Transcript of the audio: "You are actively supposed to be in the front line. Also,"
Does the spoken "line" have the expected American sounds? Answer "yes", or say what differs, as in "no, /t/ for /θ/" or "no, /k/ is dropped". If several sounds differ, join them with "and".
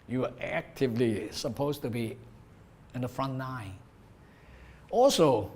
no, /n/ is dropped